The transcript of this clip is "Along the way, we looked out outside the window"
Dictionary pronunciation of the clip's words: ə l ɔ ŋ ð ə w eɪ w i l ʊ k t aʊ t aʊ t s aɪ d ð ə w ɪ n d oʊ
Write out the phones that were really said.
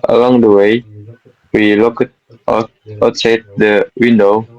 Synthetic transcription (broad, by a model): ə l ɔ ŋ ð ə w eɪ w i l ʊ k ʌ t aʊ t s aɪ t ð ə w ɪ n d oʊ